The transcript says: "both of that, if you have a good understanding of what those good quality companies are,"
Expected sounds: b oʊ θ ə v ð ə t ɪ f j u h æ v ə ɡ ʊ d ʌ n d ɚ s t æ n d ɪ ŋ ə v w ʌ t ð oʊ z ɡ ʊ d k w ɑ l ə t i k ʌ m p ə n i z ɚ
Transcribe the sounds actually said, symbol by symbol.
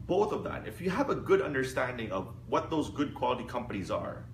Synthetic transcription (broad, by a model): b oʊ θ ə v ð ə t ɪ f j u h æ v ə ɡ ʊ d ʌ n d ɚ s t æ n d ɪ ŋ ə v w ʌ t ð oʊ z ɡ ʊ d k w ɑ l ə t i k ʌ m p ə n i z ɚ